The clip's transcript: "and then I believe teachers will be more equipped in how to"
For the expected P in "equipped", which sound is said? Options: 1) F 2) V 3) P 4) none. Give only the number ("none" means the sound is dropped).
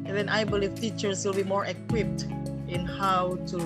3